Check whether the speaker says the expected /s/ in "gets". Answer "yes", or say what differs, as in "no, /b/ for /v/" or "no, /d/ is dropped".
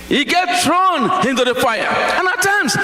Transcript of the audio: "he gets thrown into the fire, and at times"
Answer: no, /s/ is dropped